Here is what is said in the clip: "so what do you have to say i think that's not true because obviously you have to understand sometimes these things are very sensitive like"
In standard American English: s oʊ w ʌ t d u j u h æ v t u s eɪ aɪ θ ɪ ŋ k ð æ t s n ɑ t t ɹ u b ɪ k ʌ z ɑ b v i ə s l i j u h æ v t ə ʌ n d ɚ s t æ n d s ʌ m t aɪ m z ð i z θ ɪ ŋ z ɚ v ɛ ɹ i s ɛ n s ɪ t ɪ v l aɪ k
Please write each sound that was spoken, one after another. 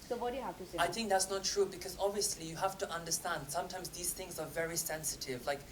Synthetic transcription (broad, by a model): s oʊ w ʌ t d j u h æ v t u s eɪ aɪ θ ɪ ŋ k ð æ t s n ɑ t t ɹ u b ɪ k ʌ z ɑ b v i ə s l i j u h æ f t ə ʌ n d ɚ s t æ n d s ʌ m t aɪ m z ð i z θ ɪ ŋ z ɚ v ɛ ɹ i s ɛ n s ɪ t ɪ v l aɪ k